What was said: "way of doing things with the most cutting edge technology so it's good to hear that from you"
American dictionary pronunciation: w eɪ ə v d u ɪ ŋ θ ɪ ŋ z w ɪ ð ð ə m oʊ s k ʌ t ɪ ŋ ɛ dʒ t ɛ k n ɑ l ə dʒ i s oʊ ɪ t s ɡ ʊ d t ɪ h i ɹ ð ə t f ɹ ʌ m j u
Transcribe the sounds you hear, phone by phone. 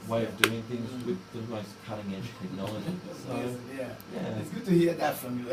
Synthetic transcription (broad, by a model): w eɪ ə v d u ɪ ŋ θ ɪ ŋ z w ɪ ð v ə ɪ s k ʌ t ɪ ŋ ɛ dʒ t ɛ k n ɑ l ə dʒ i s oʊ ɪ t s ɡ ʊ d t ɪ h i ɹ ð ə t f ɹ ʌ m j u